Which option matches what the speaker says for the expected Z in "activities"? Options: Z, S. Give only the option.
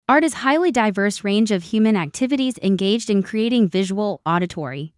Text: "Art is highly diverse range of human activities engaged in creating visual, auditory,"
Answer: Z